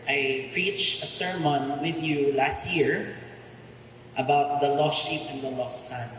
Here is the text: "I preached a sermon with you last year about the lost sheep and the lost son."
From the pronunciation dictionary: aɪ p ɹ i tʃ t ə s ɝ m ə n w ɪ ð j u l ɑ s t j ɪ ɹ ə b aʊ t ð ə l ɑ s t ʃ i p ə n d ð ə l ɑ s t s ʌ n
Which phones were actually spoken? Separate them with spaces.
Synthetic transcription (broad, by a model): aɪ p ɹ i tʃ t ə s ɝ m ə n w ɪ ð j u l ɑ s t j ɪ ɹ ə b aʊ t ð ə l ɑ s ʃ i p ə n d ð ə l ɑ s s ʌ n